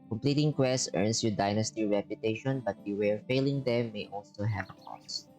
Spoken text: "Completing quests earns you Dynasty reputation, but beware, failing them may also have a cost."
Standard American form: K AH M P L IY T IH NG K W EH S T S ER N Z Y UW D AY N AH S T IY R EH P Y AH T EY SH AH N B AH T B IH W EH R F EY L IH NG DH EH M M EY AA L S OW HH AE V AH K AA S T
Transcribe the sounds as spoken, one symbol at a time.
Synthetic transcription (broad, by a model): K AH M P L IY T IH NG K W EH S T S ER N S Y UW D AY N AH S T IY R EH P Y AH T EY SH AH N B AH T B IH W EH R F EY L IH NG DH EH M M EY AA L S OW HH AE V AH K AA S